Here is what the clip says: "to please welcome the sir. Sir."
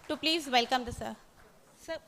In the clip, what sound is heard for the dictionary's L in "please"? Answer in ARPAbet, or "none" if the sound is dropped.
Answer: L